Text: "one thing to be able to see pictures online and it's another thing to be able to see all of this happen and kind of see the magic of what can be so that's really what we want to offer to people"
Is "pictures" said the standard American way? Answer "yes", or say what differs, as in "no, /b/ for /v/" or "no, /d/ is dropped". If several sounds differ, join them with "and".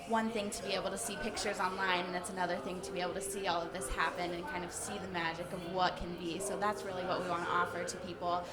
yes